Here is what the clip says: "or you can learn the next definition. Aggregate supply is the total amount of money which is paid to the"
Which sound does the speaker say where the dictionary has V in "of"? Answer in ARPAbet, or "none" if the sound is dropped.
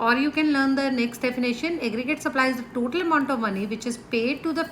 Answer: V